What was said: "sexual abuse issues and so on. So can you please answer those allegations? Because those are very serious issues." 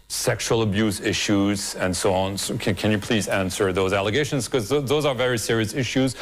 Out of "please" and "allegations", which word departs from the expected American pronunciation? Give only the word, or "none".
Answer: none